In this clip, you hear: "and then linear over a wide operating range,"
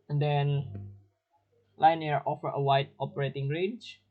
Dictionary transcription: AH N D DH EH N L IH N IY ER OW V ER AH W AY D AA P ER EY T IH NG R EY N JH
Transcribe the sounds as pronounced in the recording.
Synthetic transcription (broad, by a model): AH N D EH N L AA N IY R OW F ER AH W AY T AA P ER EY T IH NG R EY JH